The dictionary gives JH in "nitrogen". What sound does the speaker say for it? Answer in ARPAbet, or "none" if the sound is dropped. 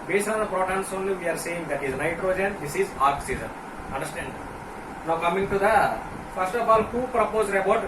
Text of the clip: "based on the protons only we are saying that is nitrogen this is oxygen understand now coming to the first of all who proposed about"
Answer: JH